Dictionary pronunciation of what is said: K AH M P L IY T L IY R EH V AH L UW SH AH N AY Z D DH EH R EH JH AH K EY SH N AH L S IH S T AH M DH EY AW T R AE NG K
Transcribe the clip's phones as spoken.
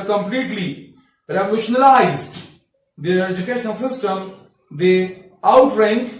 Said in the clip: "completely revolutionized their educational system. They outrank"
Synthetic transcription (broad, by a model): K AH M P L IY T L IY R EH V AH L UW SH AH N AY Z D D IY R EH JH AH K EY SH AH N S IH S T AH M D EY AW T R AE NG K